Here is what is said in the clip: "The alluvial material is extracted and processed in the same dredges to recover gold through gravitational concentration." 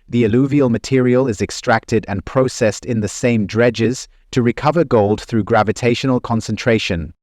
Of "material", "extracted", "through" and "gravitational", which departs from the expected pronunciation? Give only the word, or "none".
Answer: none